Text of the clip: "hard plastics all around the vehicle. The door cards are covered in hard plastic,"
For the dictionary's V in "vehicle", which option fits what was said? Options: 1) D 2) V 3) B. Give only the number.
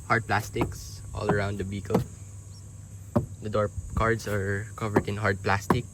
3